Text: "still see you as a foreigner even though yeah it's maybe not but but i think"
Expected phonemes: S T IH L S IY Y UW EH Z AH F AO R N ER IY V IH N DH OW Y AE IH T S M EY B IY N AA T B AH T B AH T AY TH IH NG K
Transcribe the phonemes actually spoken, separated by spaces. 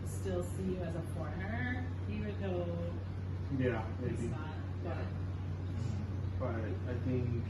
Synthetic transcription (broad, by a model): S T IH L S IY Y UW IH Z AH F AO R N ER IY W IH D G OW Y AE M EY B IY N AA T B AH T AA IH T AY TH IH NG K